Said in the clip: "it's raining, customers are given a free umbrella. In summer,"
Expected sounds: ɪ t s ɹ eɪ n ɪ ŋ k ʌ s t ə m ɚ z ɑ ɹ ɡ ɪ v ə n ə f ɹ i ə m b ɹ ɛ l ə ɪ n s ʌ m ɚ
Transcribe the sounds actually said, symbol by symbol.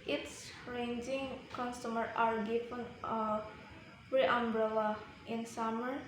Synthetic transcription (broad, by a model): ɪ t s ɹ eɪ n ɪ ŋ k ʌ s t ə m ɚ ɑ ɹ ɡ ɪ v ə n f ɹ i ə m b ɹ ɛ l ə ɪ n s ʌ m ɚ